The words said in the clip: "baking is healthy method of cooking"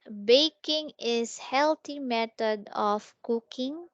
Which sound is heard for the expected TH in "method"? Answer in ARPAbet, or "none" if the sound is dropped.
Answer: T